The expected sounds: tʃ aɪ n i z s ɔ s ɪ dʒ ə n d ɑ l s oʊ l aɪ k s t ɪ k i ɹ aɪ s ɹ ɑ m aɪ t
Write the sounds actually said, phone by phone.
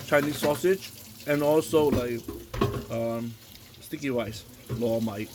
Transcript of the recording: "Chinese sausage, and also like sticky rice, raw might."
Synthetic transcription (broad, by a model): tʃ aɪ n i s ɔ s ɪ dʒ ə n ɑ l s oʊ l aɪ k s t ɪ k i w aɪ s l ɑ m aɪ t